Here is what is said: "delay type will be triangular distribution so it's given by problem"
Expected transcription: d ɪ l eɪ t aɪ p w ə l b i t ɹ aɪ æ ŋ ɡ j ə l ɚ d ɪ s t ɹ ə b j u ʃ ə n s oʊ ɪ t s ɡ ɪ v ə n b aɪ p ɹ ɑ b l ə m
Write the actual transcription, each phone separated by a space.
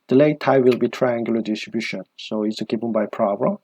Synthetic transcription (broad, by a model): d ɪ l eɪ t aɪ w ə l b i t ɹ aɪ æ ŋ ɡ j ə l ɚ d ɪ s t ɹ ə b j u ʃ ə n s oʊ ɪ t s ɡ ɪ p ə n b aɪ p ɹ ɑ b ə